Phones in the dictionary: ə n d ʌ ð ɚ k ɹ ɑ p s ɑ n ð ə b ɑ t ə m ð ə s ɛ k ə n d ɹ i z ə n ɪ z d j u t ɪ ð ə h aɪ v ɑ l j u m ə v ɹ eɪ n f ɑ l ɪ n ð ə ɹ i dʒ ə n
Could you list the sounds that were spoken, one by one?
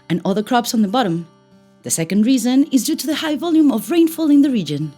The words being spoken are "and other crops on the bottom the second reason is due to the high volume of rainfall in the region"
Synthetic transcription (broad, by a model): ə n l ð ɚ k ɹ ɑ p s n ð ə b ɑ t ə m ð ə s ɛ k ə n d ɹ i z ə n ɪ z d j u t ɪ ð ə h aɪ v ɑ l j u m ə v ɹ eɪ n f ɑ l ɪ n ð ə ɹ i dʒ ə n